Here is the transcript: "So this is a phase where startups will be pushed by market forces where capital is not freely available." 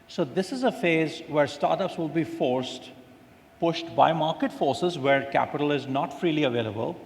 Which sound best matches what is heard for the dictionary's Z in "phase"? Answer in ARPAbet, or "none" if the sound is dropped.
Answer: Z